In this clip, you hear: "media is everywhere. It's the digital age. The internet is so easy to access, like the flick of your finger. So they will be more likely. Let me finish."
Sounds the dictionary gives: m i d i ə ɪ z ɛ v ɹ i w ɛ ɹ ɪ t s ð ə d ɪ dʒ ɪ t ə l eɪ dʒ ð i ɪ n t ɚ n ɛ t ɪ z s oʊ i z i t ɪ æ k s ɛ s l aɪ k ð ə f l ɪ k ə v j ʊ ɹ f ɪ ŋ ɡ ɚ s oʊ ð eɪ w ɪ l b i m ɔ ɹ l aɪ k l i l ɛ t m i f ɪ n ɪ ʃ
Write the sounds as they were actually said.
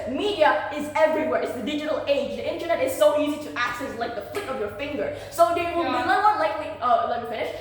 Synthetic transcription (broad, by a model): m i d i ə ɪ z ɛ v ɹ i w ɛ ɹ ɪ t s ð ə d ɪ dʒ ɪ t ə l eɪ dʒ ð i ɪ n t ɚ n ɛ t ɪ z s oʊ i z i t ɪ æ k s ɛ s l aɪ k ð ə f l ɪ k ə v j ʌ ɹ f ɪ ŋ ɡ ɚ s oʊ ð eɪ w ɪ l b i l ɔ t l aɪ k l i l ɛ t m i f ɪ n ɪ ʃ